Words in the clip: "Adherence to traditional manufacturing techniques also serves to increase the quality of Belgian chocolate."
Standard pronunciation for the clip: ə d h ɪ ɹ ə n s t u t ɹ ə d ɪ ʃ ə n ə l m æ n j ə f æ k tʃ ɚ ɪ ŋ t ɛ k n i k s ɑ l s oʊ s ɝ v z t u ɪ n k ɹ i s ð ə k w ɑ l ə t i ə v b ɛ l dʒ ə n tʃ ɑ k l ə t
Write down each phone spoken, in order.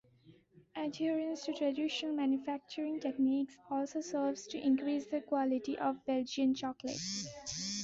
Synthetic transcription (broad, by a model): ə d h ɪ ɹ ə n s t u t ɹ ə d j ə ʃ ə n m æ n j ə f æ k tʃ ɚ ɪ ŋ t ɛ k n i k s ɑ l s oʊ s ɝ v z t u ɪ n k ɹ i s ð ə k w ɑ l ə t i ə v b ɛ l dʒ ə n tʃ ɑ k l ə t